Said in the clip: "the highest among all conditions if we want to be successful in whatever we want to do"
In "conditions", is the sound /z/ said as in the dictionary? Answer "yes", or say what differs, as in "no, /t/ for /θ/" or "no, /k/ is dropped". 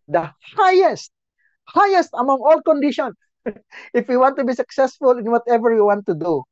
no, /z/ is dropped